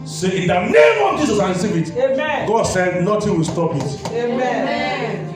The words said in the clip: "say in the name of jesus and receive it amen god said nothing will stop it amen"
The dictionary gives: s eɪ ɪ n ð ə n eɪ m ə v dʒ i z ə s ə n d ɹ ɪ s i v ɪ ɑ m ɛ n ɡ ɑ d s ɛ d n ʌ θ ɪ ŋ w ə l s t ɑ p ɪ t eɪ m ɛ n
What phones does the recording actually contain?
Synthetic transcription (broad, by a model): s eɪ ɪ n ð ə n eɪ m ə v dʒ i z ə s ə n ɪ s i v ɪ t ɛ ɡ ɑ d s ɛ d n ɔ t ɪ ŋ w ə l s t ɑ p ɪ t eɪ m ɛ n